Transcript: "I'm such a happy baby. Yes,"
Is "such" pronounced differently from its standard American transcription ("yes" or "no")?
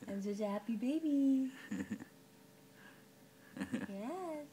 yes